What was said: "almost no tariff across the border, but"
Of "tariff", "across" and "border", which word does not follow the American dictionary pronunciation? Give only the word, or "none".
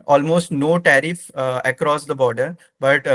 none